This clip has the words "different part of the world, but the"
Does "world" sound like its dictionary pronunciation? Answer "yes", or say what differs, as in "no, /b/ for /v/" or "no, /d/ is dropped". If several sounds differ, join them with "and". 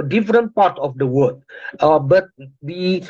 no, /l/ is dropped